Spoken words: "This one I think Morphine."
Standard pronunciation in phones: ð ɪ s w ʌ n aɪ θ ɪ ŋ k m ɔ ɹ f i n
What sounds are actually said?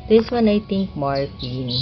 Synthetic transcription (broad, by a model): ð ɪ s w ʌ n aɪ t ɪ ŋ k m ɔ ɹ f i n